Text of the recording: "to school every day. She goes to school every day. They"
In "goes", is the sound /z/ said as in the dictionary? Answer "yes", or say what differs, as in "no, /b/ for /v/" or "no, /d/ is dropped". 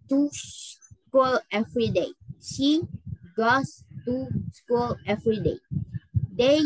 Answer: no, /s/ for /z/